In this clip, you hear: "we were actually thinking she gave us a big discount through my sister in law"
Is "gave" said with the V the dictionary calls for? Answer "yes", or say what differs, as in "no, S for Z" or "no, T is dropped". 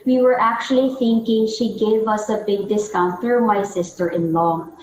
yes